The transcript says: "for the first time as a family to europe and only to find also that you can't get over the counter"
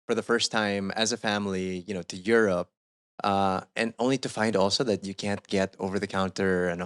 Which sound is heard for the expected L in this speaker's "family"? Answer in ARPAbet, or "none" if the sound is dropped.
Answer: N